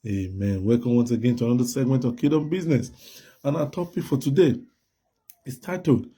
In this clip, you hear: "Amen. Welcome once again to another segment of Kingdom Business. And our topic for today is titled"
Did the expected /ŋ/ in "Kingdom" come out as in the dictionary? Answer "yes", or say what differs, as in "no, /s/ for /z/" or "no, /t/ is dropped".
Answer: no, /ŋ/ is dropped